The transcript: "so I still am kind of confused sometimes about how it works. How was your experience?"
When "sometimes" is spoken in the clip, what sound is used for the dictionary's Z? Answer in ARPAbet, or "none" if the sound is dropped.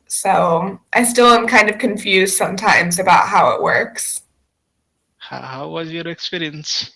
Z